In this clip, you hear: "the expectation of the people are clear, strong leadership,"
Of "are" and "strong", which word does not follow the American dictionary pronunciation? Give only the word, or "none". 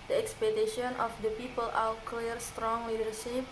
are